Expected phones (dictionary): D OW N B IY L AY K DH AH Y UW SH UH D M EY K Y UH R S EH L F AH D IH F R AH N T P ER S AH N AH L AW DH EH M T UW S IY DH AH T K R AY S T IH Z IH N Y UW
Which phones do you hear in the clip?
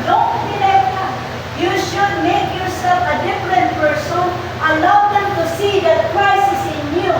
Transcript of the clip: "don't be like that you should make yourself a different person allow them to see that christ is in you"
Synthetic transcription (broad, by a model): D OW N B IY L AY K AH Y UW SH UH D M EY K Y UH R S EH L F AH D IH F R AH N T P ER S AH N AH L AW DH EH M T UW S IY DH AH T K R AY S IH S IH N Y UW